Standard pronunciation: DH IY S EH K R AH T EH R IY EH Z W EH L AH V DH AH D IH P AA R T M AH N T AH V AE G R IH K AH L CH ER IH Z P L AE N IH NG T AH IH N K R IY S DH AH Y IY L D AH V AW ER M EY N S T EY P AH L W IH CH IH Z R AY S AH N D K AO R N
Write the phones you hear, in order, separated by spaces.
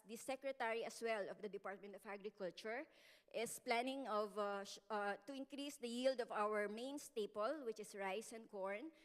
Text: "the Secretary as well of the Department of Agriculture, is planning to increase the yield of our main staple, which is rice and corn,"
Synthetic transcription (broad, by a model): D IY S EH K R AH T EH R IY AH S W EH L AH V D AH D IH P AA R T M AH N T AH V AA G R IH K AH L CH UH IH S P L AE N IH NG T AH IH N K R IY S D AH Y IY L D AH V AW ER M EY N S T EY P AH L W IH CH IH S R AY S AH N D K AO R N